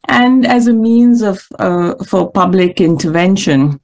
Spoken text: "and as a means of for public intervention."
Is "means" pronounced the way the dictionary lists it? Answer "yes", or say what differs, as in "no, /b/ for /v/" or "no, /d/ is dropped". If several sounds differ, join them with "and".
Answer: yes